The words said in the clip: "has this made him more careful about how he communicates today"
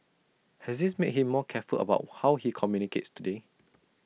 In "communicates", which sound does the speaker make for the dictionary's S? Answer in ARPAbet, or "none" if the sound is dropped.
S